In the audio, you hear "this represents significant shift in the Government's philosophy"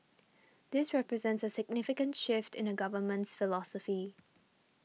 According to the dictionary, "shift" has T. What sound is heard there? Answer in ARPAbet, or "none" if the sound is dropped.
T